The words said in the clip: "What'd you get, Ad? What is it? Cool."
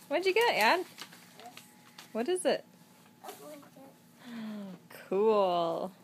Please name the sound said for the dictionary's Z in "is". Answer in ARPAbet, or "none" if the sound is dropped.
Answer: Z